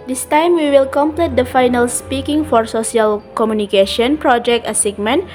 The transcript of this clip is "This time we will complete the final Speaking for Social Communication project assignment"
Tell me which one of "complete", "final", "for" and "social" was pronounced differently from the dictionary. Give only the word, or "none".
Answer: social